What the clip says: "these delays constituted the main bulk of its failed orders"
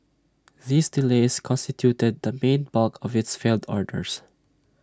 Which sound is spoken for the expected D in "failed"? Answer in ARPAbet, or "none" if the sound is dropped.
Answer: D